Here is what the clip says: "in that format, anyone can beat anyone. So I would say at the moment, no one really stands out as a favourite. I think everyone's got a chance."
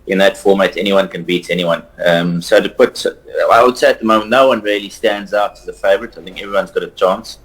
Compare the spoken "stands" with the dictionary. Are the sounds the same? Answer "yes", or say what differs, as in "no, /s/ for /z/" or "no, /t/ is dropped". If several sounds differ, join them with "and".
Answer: yes